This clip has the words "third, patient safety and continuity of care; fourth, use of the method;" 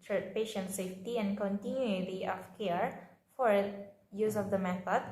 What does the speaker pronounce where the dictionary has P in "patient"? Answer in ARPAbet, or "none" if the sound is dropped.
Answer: P